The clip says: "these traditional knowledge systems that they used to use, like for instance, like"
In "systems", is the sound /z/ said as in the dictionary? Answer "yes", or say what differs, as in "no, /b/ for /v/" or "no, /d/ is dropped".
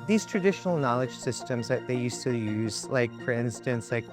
yes